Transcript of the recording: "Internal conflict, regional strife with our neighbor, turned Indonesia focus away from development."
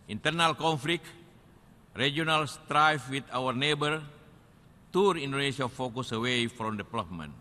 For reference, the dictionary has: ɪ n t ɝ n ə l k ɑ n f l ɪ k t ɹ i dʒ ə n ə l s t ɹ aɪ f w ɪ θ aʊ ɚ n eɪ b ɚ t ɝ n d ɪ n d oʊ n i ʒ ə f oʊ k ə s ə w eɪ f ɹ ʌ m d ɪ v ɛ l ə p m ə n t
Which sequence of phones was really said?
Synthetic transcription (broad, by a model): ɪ n t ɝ n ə l k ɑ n f l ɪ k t ɹ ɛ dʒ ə n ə l s t ɹ aɪ f w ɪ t aʊ ɚ n eɪ b ɚ t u d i n d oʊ n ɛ s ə f oʊ k ə s ə w eɪ f ɹ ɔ m d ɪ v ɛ l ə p m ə n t